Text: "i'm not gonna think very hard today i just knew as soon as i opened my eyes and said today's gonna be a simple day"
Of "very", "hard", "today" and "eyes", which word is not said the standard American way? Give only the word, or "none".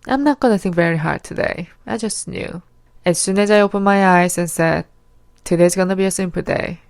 eyes